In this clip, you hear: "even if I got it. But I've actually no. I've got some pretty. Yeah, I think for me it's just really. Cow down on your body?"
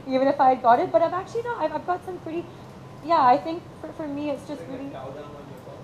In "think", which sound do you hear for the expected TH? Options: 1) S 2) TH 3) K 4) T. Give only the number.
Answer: 2